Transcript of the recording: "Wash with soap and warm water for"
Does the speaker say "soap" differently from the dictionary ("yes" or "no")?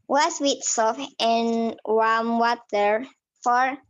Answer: yes